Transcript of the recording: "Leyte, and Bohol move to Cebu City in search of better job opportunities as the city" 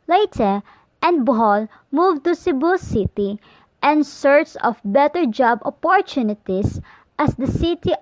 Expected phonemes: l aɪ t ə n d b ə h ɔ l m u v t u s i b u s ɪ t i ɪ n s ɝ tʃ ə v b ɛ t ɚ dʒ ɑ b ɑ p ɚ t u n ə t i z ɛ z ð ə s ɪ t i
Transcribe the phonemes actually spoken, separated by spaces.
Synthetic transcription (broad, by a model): l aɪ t ə n d b ə h ɔ l m u v t u s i b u s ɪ t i ɪ n s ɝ s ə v b ɛ t ɚ dʒ ɑ b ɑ p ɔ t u n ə t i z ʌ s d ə s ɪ t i